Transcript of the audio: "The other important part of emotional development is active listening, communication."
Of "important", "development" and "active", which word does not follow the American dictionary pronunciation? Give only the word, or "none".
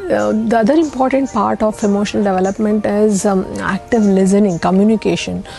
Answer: none